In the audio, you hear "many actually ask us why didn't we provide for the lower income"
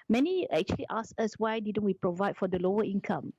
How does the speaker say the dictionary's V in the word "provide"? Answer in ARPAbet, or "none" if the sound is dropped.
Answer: V